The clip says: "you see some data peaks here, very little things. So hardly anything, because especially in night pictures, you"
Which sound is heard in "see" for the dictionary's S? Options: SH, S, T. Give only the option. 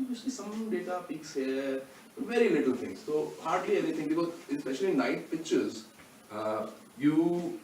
SH